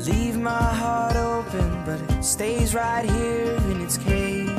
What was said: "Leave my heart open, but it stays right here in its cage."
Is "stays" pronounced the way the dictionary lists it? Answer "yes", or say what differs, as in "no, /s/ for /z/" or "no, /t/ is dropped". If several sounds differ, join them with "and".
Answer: yes